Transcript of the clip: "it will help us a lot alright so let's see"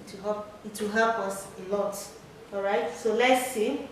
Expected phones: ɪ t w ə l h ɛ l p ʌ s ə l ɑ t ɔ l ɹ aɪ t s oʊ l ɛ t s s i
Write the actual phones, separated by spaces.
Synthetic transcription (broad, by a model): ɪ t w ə w h ɛ l p ʌ s ə l ɑ t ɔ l ɹ aɪ t s oʊ l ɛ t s s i